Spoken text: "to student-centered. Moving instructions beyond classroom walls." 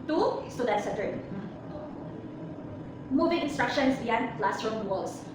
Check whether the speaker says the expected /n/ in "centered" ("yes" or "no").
no